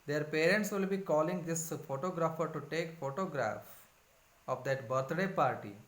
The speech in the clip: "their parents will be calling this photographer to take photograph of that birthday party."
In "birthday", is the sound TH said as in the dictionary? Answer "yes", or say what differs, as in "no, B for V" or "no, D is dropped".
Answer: no, T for TH